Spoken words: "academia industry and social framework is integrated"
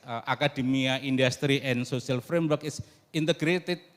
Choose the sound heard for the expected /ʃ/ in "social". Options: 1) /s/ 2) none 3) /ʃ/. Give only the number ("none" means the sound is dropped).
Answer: 1